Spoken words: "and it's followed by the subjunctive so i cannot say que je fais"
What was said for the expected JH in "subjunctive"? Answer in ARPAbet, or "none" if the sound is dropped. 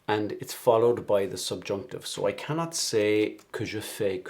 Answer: JH